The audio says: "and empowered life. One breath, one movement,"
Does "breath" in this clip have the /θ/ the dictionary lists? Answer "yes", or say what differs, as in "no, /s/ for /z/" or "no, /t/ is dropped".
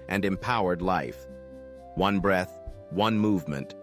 yes